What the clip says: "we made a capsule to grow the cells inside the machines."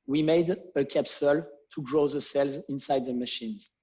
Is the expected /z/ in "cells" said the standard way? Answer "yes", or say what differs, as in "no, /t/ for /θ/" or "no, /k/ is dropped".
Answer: yes